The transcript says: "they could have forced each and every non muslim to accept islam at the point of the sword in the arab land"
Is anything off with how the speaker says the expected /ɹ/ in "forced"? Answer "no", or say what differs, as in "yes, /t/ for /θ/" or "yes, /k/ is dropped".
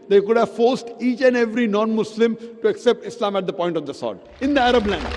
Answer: no